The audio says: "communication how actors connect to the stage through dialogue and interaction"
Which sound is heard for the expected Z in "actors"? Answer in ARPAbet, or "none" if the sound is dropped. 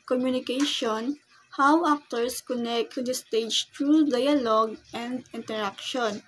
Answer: S